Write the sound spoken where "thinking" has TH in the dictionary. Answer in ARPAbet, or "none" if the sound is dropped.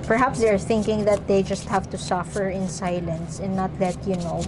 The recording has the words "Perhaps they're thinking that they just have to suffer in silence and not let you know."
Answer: TH